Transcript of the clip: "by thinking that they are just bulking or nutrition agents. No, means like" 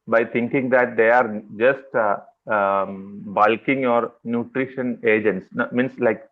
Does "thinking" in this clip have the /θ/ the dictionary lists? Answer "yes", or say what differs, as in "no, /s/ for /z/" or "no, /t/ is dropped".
no, /t/ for /θ/